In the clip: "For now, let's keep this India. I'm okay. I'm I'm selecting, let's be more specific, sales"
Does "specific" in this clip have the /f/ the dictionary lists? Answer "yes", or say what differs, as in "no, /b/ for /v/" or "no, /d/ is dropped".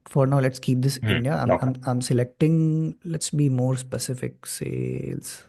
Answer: yes